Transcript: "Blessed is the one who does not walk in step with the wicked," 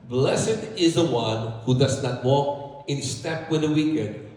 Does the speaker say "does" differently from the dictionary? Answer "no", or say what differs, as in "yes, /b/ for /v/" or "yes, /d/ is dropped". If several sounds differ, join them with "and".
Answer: no